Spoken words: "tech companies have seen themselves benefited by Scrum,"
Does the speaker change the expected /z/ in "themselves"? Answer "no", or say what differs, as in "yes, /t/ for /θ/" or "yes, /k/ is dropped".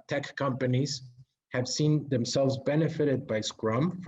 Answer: no